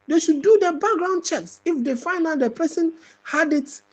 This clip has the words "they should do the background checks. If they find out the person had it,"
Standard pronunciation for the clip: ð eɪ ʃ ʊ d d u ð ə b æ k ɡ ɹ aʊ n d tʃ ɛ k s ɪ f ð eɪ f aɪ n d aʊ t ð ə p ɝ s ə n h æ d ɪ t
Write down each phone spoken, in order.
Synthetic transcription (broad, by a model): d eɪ ʃ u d d u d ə b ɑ k ɡ ɹ aʊ n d tʃ ɛ k s ɪ f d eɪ f aɪ n aʊ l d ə p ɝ s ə n h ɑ d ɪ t